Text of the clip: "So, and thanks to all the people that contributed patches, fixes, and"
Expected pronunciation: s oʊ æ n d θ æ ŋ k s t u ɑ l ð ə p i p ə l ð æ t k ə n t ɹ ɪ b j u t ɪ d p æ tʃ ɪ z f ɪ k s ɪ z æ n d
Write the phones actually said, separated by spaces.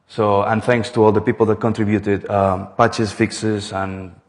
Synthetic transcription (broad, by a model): s oʊ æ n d t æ ŋ k s t u ɑ l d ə p i p ə l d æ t k ə n t ɹ ɪ b j u t ɪ d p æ tʃ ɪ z f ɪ k s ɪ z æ n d